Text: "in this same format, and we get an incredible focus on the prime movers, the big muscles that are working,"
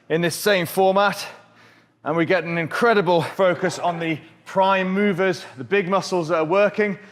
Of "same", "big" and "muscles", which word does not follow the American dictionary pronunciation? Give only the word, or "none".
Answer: none